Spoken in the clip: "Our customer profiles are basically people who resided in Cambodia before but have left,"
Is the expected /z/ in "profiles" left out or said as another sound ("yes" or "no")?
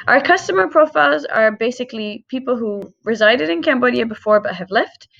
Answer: no